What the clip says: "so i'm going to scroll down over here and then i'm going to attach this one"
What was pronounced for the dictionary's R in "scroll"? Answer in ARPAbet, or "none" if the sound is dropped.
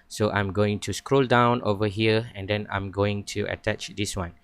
R